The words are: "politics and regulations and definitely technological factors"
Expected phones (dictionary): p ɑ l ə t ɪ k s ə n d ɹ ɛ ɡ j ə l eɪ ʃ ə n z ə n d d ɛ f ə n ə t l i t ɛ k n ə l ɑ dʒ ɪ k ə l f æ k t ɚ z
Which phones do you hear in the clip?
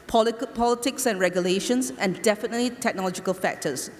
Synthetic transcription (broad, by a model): p ɑ l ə t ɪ k s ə n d ɹ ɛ ɡ j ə l eɪ ʃ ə n s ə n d d ɛ f ə n ə t l i t ɛ k n ə l ɑ dʒ ɪ k ə l f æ k t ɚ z